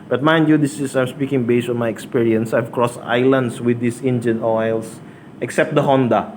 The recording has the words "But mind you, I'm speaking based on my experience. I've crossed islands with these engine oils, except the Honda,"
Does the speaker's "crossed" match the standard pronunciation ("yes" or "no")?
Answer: yes